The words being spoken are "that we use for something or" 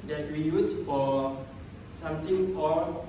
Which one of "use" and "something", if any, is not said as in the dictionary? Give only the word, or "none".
something